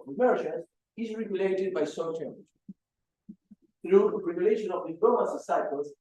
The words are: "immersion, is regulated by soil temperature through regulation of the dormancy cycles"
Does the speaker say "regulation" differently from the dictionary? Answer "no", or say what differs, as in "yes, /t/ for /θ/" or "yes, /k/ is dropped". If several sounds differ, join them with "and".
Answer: no